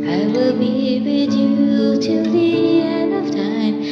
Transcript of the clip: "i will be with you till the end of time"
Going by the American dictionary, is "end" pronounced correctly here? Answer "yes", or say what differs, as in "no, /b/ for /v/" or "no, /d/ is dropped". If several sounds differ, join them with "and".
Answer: no, /d/ is dropped